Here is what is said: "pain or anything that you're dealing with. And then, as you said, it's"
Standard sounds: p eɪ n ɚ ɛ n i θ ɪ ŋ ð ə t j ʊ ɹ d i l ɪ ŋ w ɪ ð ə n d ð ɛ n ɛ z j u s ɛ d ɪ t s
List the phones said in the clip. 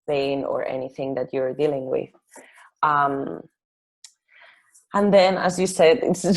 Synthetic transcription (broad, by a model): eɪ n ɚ ɛ n i θ ɪ ŋ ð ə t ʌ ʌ ɹ d i l ɪ ŋ w ɪ ð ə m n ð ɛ n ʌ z j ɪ s ɛ d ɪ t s